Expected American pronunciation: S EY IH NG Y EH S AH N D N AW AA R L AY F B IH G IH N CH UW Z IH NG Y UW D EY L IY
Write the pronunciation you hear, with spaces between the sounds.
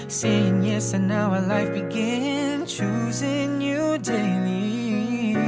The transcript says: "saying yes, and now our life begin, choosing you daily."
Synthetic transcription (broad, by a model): S EY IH NG Y EH S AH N N AW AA L AY F B IH G IH N CH UW Z IH NG Y UW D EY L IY